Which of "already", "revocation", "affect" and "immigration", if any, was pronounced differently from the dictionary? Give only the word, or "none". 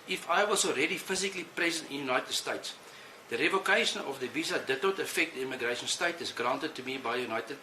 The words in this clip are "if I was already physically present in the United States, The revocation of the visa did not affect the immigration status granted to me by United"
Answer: none